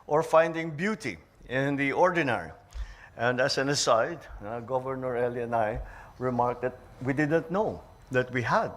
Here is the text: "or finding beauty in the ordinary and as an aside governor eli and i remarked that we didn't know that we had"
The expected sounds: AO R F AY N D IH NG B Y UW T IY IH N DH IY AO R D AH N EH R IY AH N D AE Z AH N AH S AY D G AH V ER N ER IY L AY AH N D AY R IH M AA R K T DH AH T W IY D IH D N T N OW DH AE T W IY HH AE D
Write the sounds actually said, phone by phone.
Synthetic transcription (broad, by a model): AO R F AY N D IH NG B Y UW T IY IH N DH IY AO R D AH N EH R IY AH N D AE S AH N AH S AY D G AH V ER N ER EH L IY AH N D AY R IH M AA R K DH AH T W IY D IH D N T N OW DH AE T W IY HH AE D